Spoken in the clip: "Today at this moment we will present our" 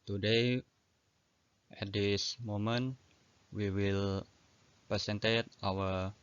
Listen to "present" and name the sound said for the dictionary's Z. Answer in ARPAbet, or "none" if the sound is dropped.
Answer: S